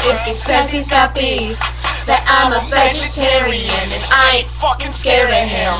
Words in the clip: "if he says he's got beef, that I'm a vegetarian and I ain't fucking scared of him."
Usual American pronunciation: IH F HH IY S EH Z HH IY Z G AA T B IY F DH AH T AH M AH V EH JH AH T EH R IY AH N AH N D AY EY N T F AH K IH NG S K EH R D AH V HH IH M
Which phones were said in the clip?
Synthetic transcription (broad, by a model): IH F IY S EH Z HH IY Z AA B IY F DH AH T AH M AH V EH JH AH T EH R IY AH N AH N AY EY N F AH K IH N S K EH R AH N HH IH